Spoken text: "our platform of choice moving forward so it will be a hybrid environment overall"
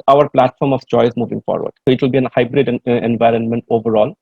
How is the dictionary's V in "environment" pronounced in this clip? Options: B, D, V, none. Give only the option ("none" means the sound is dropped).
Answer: V